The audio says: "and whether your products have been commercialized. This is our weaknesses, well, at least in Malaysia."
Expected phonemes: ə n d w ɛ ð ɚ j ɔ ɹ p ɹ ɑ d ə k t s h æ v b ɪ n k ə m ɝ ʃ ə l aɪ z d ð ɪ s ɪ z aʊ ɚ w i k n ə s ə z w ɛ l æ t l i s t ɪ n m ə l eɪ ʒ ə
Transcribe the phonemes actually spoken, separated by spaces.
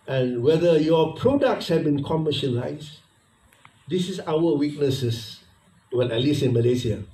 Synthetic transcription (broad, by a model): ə n w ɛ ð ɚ j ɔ p ɹ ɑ d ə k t s h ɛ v b ɪ n k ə m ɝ ʃ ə l aɪ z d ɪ s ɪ s aʊ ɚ w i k n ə s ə s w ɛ n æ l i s ɪ n m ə l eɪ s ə